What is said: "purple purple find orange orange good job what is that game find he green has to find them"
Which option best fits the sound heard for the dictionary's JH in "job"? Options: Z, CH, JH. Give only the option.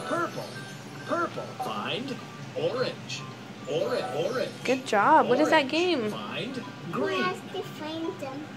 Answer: JH